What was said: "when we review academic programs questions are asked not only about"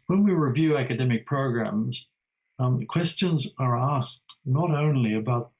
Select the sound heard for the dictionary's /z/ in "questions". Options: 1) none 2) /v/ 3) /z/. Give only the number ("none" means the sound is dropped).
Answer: 3